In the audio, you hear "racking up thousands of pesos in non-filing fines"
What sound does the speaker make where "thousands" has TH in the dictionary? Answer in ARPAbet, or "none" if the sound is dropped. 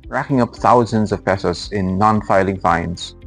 TH